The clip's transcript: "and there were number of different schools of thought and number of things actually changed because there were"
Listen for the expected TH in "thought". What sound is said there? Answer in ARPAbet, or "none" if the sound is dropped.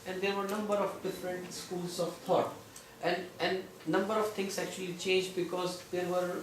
T